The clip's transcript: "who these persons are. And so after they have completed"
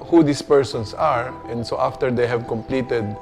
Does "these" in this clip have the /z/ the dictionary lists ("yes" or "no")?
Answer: no